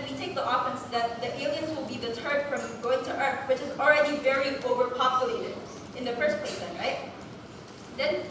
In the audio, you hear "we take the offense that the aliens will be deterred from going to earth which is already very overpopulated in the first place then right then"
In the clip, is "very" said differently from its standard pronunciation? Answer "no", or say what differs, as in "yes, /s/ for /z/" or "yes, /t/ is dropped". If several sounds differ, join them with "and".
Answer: no